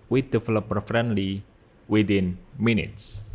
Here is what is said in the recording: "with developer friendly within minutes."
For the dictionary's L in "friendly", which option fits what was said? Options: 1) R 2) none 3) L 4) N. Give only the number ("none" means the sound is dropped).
3